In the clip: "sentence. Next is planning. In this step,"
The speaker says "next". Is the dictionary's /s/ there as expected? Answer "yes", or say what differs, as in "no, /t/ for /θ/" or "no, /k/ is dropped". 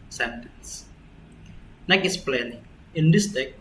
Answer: no, /s/ is dropped